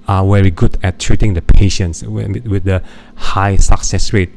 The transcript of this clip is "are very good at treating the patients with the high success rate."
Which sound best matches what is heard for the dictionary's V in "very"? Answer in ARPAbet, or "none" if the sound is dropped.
W